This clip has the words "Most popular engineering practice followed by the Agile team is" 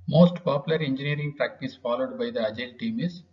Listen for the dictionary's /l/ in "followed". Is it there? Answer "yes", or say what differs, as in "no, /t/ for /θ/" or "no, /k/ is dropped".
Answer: yes